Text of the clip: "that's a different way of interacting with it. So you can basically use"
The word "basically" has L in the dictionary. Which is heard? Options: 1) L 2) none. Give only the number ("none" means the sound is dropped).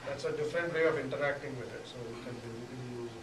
2